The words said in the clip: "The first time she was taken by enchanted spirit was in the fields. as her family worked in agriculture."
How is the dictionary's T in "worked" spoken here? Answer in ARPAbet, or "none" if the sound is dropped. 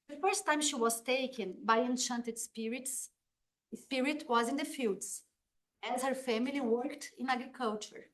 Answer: T